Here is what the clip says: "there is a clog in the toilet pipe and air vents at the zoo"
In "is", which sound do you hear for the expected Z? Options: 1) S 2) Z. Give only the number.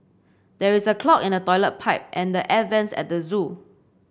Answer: 1